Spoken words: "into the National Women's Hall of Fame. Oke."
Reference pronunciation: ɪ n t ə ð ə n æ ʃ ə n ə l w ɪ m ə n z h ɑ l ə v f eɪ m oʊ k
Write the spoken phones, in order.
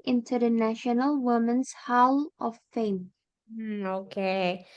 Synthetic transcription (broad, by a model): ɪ n t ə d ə n æ ʃ ə n ə l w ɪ m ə n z h ɑ l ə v f eɪ m oʊ k